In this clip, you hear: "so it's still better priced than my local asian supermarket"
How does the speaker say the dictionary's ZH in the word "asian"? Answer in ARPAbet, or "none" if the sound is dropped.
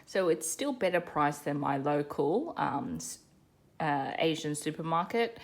ZH